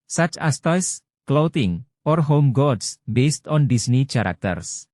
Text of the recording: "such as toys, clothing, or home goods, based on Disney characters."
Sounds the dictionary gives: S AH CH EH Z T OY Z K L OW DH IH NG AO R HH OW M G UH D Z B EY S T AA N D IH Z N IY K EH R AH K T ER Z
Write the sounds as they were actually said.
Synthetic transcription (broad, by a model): S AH CH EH S T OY S K L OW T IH NG AO R HH OW M G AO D S B EY S T AA N D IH S N IY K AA R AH K T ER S